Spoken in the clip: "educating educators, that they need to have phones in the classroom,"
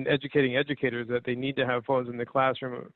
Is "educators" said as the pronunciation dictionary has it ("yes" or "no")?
yes